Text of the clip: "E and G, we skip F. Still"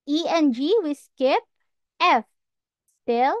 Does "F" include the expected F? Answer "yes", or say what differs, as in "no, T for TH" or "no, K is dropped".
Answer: yes